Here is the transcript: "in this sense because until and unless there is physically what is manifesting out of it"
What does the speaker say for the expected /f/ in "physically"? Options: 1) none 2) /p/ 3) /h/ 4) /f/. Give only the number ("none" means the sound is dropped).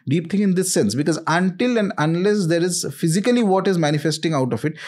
4